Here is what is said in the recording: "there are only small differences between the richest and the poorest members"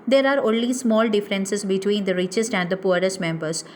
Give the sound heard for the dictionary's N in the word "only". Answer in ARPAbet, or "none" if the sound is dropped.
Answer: N